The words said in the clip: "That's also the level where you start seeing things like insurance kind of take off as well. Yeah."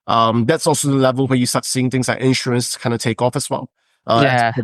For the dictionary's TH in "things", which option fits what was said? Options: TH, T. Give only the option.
TH